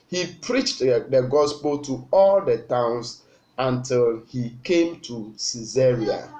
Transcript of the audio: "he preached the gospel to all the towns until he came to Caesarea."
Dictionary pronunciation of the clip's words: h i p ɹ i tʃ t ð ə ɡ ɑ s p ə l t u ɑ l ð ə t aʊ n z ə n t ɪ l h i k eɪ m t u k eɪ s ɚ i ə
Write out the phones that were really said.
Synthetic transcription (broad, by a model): h i p ɹ i tʃ t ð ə ɡ ɑ s p ə l t u ɑ l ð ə t aʊ n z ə n t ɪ l h i k eɪ m t u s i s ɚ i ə